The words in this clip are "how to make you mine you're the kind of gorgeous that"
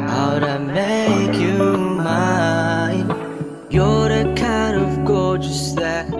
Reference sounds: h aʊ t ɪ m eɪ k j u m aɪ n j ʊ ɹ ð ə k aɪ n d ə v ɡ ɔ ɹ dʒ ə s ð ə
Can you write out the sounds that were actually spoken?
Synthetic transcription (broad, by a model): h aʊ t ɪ m eɪ k j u m aɪ n j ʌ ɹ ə k aɪ n d ə v ɡ ɔ ɹ dʒ ə s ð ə